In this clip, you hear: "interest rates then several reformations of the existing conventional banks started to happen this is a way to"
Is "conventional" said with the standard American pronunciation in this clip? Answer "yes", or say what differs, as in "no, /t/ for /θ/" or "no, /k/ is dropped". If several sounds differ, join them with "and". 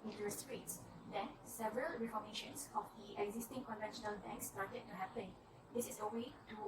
yes